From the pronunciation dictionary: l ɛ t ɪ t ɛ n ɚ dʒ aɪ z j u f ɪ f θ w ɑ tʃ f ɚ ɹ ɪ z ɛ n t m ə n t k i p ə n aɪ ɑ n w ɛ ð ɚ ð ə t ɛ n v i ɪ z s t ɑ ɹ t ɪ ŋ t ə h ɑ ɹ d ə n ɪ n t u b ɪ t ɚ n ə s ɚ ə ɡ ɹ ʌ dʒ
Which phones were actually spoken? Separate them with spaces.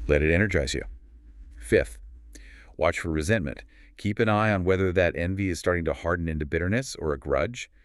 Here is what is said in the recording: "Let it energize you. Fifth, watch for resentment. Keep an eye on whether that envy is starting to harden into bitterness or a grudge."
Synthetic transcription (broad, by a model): l ɛ t ɪ t ɛ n ɚ dʒ aɪ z j u f ɪ f θ w ɑ tʃ f ɚ ɹ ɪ z ɛ n m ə n t k i p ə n aɪ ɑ n w ɛ ð ɚ ð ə t ɛ n v i ɪ z s t ɑ ɹ t ɪ ŋ t ə h ɑ ɹ d n ɪ n t u b ɪ t ɚ n ə s ɚ ə ɡ ɹ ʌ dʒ